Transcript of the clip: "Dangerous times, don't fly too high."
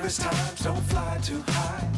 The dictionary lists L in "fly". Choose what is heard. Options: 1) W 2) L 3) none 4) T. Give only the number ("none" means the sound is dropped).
2